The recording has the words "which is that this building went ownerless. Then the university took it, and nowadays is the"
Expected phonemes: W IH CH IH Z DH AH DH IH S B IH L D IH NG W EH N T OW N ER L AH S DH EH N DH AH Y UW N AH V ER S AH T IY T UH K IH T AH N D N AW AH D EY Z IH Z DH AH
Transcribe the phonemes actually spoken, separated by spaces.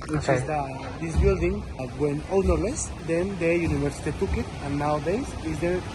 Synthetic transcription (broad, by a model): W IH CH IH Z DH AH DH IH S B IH L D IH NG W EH N OW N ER L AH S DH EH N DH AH Y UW N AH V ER S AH T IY T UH K IH T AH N N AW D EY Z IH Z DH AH